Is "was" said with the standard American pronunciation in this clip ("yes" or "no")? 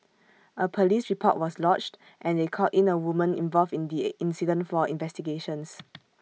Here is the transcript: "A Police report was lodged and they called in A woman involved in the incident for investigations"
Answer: no